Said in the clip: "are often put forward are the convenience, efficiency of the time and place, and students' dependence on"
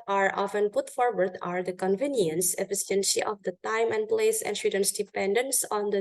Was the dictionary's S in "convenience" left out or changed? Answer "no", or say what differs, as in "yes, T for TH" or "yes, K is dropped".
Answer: no